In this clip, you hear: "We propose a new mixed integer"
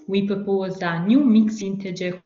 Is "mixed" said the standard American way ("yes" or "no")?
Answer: no